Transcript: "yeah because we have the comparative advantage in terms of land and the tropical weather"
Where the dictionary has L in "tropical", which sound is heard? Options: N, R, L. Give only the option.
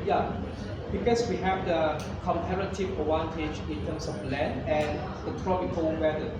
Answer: N